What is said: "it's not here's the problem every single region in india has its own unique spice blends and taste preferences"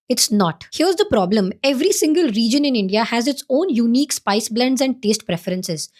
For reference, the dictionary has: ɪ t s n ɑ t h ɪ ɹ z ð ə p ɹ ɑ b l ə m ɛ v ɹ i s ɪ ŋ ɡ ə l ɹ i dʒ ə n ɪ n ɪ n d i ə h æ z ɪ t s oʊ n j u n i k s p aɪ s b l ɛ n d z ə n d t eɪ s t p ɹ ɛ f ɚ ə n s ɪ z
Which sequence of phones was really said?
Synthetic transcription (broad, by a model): ɪ t s n ɑ t h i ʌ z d ə p ɹ ɑ b l ə m ɛ v ɹ i s ɪ ŋ ɡ ə l ɹ i dʒ ə n ɪ n ɪ n d i ə h æ z ɪ t s oʊ n j u n i k s p aɪ s b l ɛ n d z ə n d t eɪ s t p ɹ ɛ f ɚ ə n s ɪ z